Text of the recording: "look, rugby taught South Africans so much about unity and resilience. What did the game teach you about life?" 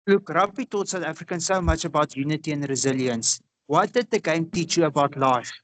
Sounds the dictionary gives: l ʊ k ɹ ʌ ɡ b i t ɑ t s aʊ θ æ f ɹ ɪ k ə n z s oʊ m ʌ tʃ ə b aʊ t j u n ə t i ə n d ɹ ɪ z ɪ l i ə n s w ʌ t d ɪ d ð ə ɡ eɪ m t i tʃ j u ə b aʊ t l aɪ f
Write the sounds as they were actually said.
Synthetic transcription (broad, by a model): l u k ɹ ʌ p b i t ɑ t s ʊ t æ f ɹ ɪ k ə n s oʊ m ʌ tʃ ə b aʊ t j u n ə t i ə n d ɹ ɪ z ɪ l i ə n s w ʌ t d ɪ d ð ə ɡ eɪ m t i tʃ j u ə b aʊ t l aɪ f